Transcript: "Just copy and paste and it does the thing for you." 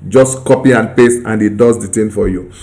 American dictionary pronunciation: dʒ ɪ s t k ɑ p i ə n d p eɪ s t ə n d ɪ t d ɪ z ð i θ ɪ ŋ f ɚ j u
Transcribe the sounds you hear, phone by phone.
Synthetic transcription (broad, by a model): dʒ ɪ s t k ɑ p i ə n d p eɪ s ə n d ɪ t d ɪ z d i t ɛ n f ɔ j u